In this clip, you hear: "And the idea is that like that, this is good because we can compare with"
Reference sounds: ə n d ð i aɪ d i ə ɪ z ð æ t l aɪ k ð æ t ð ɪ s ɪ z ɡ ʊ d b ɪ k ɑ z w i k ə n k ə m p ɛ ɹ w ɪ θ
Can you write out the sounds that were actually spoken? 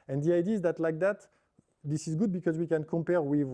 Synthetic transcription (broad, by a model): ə n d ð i aɪ d i ɪ z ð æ t l aɪ k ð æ t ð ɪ s ɪ z ɡ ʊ d b ɪ k ɑ z w i k ə n k ə m p ɛ ɹ w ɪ